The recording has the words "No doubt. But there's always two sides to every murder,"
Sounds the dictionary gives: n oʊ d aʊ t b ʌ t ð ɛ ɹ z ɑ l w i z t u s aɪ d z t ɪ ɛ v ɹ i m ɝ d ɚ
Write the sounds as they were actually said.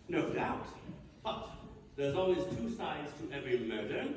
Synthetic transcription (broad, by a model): n oʊ d aʊ t b ʌ t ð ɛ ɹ z ɑ l w i z t u s aɪ d z t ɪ ɛ v ɹ i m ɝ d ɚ